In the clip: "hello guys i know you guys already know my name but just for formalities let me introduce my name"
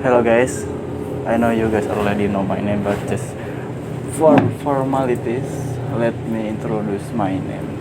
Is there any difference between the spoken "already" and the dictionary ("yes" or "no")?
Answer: yes